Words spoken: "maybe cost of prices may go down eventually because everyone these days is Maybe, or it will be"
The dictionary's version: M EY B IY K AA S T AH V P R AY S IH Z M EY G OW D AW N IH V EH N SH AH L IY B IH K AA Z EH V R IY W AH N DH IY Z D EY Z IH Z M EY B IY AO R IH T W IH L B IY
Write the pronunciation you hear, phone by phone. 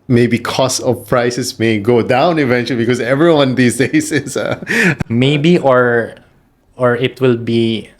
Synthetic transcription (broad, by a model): M EY B IY K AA S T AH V P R AY S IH S M EY G OW D AW N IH V EH N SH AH L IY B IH K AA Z EH V R IY W AH N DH IY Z D EY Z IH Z M EY B IY AO R IH T W IH L B IY